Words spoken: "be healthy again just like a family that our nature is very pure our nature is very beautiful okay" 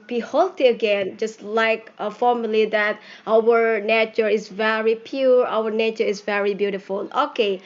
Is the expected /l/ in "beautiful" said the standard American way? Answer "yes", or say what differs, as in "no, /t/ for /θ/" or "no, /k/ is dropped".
yes